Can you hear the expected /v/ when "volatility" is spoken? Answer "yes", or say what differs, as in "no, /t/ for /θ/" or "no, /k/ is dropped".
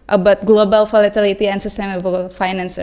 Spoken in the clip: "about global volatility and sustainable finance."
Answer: no, /f/ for /v/